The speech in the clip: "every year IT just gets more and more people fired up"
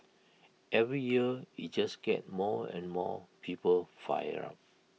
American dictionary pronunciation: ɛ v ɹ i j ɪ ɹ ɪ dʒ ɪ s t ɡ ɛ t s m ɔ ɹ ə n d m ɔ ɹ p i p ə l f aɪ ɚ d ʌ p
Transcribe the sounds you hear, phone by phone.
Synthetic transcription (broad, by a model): ɛ v ɹ i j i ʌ ɪ dʒ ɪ s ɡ ɛ t m ɔ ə n m ɔ p i p ə l f aɪ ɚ ɑ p